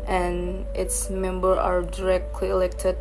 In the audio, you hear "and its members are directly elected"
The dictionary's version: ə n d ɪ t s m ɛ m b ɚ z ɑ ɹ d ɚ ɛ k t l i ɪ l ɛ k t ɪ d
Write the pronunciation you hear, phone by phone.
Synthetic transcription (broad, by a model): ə n ɪ t s m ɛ m b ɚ ɑ ɹ d ɚ ɛ k t l i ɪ l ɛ k t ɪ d